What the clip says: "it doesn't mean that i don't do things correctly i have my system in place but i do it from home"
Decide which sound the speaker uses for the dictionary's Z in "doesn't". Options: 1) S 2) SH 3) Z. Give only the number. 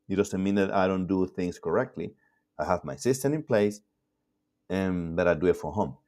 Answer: 1